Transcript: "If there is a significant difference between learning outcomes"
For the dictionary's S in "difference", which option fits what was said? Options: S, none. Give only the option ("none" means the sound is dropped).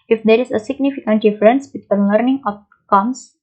S